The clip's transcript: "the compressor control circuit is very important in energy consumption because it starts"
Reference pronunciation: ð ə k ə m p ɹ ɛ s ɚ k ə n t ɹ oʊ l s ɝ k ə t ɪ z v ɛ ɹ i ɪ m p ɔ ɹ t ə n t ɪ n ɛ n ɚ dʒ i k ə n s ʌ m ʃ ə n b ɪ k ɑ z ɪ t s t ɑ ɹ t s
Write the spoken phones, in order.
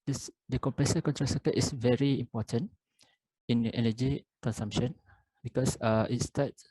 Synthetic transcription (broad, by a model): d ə k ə m p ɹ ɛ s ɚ k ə n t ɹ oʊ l s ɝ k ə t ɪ s v ɛ ɹ i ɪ m p ɔ t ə n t ɪ n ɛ n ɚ dʒ i k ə n s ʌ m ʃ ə n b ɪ k ɑ s ɪ t s t ɑ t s